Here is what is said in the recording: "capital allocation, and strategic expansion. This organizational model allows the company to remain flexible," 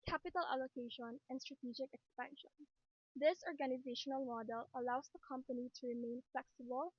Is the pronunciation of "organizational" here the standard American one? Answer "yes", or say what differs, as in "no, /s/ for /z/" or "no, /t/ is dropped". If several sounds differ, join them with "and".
yes